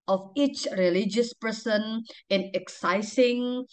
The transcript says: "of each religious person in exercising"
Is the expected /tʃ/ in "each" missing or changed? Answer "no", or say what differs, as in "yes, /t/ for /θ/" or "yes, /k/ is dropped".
no